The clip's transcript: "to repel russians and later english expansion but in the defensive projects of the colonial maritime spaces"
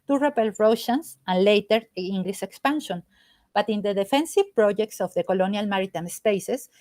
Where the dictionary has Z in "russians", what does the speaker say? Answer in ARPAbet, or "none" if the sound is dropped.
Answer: S